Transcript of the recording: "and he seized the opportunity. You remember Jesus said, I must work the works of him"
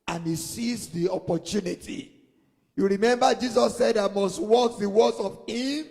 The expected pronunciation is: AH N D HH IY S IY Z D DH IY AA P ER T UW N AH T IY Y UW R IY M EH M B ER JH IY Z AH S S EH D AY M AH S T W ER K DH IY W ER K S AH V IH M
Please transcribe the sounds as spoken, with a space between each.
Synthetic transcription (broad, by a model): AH N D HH IY S IY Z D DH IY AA P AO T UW N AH T IY Y UW R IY M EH M B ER JH IY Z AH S S EH D AY M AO S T W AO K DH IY W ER S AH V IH M